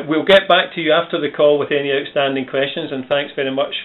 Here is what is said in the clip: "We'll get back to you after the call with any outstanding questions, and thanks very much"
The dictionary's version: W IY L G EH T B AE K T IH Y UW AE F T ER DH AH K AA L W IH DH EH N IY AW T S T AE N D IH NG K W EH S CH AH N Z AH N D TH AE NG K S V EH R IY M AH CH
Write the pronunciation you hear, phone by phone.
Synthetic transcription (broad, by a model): W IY L G EH T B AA K T IH Y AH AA F T ER DH AH K AA L W IH DH EH N IY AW T S T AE N D IH NG K W EH S CH AH N Z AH N TH AE NG K S V EH R IY M AH CH